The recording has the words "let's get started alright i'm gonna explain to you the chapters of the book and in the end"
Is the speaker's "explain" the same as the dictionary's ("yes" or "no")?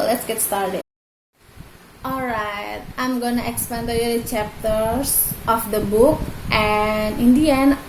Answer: no